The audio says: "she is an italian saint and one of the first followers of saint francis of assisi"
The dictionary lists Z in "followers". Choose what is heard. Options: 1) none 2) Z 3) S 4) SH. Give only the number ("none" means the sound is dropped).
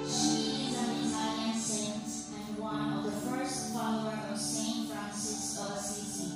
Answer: 1